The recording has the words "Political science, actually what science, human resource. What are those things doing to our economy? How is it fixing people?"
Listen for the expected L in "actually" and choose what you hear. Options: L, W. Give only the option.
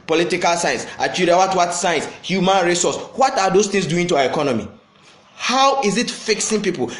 W